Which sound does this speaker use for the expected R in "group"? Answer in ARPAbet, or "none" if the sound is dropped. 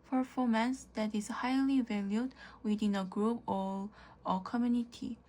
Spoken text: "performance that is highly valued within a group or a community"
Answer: R